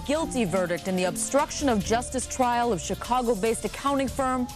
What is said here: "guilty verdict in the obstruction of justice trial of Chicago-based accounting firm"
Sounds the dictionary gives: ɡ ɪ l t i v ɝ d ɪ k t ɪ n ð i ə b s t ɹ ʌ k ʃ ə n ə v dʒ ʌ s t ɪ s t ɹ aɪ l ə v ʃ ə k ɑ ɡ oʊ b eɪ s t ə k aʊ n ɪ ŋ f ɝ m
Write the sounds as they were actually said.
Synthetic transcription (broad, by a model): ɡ ɪ l t i v ɝ d ɪ k t ɪ n ð i ə b s t ɹ ʌ k ʃ ə n ə v dʒ ʌ s t ɪ s t ɹ aɪ l ə v ʃ ə k ɑ ɡ oʊ b eɪ s t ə k aʊ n ɪ ŋ f ɝ m